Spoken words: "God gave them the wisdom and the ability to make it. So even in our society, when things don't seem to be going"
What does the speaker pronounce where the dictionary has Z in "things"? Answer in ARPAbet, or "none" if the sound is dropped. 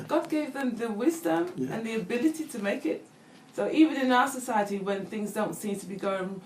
Z